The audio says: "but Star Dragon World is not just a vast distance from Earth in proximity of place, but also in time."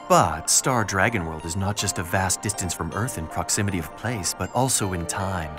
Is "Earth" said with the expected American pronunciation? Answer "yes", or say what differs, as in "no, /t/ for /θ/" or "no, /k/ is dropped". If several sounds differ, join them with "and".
yes